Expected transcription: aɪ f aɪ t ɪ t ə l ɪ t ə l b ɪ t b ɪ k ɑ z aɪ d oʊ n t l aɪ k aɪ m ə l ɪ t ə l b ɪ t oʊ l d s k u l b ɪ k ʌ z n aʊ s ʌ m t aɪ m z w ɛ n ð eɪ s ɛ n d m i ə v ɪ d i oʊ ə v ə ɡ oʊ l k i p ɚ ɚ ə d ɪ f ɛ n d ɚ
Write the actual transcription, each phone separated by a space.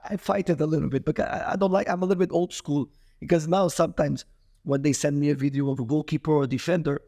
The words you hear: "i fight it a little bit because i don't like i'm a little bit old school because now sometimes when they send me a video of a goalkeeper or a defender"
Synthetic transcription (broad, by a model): aɪ f aɪ t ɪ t ə l ɪ t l b ɪ t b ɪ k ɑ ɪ aɪ d oʊ n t l aɪ k aɪ m ə l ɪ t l b ɪ t oʊ l d s k u l b ɪ k ʌ z n aʊ s ʌ m t aɪ m z w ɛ n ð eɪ s ɛ n d m i ə v ɪ d i oʊ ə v ə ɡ oʊ k i p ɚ ɚ ə d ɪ f ɛ n d ɚ